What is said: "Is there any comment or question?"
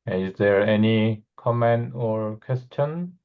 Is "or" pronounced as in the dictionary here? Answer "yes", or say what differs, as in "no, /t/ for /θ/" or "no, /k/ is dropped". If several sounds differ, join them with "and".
yes